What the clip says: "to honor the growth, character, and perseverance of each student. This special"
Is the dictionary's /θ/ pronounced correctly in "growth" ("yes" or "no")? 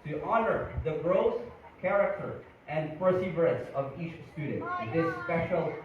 no